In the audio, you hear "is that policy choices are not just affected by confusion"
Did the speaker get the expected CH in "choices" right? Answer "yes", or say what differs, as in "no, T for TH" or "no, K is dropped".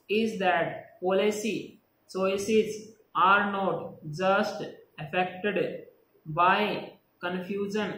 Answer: no, S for CH